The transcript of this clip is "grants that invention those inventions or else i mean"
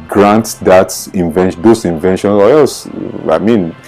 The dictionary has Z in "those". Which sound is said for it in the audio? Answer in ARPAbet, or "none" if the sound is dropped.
S